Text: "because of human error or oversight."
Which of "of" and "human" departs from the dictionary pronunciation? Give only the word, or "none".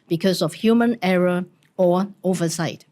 of